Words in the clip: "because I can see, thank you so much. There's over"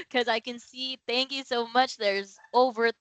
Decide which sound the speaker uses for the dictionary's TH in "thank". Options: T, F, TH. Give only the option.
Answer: TH